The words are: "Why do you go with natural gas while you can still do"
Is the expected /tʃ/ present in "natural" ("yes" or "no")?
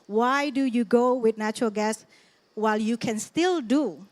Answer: yes